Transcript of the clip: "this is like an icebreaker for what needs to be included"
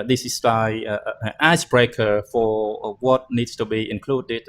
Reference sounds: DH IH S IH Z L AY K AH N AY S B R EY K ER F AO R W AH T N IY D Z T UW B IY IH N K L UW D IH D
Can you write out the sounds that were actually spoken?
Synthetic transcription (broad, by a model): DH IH S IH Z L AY AH N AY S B R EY K ER F AO R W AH T N IY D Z T UW B IY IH N K L UW D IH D